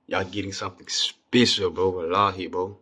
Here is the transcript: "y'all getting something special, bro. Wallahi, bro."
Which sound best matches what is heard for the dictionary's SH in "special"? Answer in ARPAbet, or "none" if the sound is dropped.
S